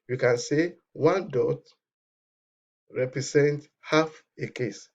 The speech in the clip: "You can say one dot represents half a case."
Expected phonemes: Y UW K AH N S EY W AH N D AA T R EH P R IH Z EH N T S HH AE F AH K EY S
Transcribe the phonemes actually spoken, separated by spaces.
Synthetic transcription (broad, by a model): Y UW K AH N S EY W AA N D AA T R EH P R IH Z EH N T HH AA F AH K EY S